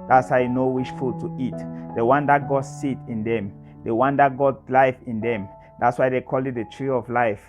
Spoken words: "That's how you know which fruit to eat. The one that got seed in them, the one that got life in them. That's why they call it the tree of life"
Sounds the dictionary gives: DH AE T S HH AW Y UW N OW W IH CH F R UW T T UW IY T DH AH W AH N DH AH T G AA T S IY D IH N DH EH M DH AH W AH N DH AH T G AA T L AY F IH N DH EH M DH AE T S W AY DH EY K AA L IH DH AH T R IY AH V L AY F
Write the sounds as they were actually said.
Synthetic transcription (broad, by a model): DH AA T S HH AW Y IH N OW W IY SH F UW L T UW IY T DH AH W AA N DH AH T G AA T S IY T IH N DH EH M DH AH W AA N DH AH T G AA T L AY F IH N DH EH M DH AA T S W AY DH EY K AA L IH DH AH T R IY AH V L AY F